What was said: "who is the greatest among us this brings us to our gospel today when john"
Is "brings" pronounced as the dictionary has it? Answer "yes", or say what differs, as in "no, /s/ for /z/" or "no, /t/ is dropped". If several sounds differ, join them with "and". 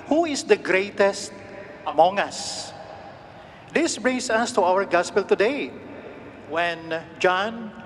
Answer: no, /s/ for /z/